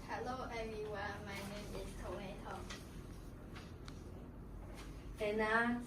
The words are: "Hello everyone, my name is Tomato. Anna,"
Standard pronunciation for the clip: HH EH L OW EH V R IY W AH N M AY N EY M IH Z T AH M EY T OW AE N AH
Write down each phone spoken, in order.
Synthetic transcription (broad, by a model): HH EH L OW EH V IY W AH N M AY N EY M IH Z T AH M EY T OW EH N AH